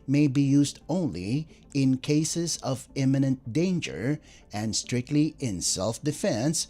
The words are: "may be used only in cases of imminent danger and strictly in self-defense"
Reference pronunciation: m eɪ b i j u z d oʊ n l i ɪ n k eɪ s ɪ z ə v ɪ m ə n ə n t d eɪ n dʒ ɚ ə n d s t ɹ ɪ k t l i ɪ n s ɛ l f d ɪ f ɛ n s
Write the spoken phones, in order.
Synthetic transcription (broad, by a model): m eɪ b i j u z d oʊ n l i ɪ n k eɪ s ɪ z ə v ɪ m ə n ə n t d eɪ n dʒ ɚ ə n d s t ɹ ɪ k t l i ɪ n s ɛ l f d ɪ f ɛ n s